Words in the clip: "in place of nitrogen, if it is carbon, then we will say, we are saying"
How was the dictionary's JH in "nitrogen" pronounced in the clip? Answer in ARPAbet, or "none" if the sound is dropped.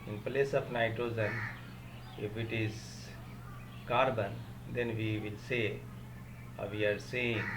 Z